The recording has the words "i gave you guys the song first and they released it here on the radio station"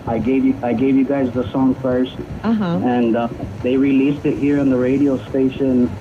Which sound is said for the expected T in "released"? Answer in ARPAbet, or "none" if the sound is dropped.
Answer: T